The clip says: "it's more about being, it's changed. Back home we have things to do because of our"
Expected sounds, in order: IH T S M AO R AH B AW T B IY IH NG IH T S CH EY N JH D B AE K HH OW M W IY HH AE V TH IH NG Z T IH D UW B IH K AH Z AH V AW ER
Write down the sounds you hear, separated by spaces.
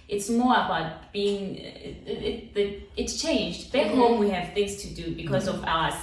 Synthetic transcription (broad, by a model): IH T S M AO R AH B AW T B IY IH NG IH T S CH EY N JH D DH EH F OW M W IY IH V TH IH NG Z T IH D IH B IH K AH Z AH V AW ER